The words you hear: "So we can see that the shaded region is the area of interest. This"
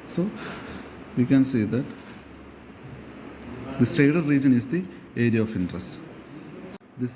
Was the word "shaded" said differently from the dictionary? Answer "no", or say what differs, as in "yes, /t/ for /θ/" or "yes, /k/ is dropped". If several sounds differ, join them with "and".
yes, /s/ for /ʃ/